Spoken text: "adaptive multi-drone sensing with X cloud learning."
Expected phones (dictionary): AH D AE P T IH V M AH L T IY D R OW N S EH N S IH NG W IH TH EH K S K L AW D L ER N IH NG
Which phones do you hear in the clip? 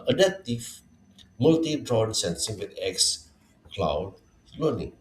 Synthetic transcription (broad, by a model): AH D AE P T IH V M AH L T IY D R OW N S EH N S IH NG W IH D EH K S K L AW D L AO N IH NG